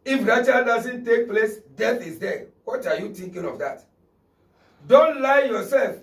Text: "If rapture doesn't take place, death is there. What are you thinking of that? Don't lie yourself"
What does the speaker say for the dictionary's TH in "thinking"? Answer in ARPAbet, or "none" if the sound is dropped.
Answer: T